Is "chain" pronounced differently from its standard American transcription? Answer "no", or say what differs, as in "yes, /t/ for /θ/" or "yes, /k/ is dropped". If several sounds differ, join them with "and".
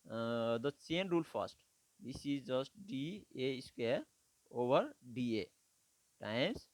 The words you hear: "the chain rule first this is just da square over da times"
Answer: yes, /s/ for /tʃ/